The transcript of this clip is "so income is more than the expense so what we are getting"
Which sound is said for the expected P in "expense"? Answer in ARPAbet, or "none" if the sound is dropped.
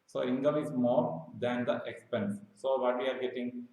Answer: P